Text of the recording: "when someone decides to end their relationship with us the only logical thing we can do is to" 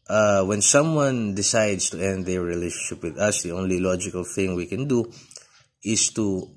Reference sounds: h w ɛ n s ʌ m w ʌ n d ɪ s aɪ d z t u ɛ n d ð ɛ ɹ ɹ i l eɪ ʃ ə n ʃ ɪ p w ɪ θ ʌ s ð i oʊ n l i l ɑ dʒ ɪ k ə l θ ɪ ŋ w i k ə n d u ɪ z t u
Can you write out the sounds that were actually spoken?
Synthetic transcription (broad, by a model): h w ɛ n s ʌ m w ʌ n d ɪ s aɪ d s t u ɛ n d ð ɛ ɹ ɹ i l eɪ ʃ ə n ʃ ɪ p w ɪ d ʌ s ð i oʊ n l i l ɑ dʒ ɪ k ə l θ ɪ ŋ w i k ə n d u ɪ s t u